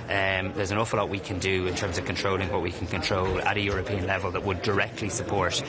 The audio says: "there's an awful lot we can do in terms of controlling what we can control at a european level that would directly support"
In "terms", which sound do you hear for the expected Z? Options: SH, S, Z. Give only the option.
Z